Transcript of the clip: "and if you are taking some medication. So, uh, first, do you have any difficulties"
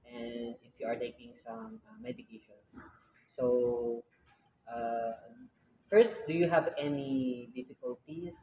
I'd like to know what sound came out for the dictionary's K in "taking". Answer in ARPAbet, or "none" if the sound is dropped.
K